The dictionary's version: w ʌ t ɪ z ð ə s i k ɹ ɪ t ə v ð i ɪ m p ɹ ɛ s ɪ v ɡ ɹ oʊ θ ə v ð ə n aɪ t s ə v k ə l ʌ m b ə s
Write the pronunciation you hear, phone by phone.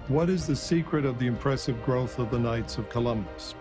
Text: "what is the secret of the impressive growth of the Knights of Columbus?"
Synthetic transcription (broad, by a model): w ʌ t ɪ z ð ə s i k ɹ ɪ t ə v ð i ɪ m p ɹ ɛ s ɪ v ɡ ɹ oʊ θ ə v ð ə n aɪ t s ə v k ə l ʌ m b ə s